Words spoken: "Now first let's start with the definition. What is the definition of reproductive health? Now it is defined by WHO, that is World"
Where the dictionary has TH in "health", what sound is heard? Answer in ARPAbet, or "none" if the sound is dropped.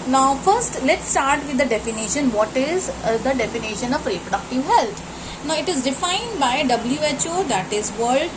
T